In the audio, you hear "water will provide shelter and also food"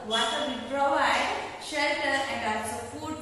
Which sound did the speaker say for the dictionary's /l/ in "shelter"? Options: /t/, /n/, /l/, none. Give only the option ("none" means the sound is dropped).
/l/